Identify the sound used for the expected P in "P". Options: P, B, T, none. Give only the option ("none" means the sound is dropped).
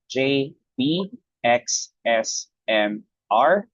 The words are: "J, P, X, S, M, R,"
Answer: B